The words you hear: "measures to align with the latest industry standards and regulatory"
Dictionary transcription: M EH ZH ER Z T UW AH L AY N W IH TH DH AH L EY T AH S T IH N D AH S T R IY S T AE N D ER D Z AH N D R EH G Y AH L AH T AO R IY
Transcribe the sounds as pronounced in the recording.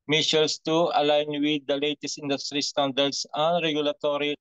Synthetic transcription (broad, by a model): M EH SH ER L T UW AH L AY N W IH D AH L EY T AH S T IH N D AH S T R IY S T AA N D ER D S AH N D R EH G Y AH L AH T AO R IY